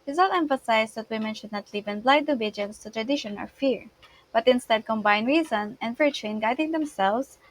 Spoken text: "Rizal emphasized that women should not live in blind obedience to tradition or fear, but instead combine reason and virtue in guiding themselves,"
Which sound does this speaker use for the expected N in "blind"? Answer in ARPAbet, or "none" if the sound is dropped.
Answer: none